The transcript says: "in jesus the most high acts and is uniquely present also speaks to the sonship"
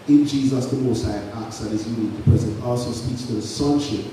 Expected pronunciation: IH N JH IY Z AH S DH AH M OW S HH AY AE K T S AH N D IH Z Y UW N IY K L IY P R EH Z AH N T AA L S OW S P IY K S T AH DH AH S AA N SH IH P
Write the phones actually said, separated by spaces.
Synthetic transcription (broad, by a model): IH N JH IY Z AH S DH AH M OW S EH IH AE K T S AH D IH Z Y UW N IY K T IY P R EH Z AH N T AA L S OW S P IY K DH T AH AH S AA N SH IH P